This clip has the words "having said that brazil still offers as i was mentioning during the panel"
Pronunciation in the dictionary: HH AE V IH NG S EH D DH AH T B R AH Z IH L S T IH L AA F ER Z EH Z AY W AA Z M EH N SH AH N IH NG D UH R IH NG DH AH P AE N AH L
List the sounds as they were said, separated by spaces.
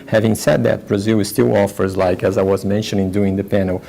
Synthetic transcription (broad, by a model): HH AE V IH NG S EH D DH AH T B R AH Z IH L S T IH L AA F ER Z EH Z AY W AA Z M EH N SH AH N IH NG D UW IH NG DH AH P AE N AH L